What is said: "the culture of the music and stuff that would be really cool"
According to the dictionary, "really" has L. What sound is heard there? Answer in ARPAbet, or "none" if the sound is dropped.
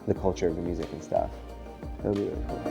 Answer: none